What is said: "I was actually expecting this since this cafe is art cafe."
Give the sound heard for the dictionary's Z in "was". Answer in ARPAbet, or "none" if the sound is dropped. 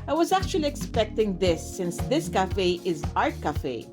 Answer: Z